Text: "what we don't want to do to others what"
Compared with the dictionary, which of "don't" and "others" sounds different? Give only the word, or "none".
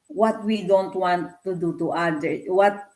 others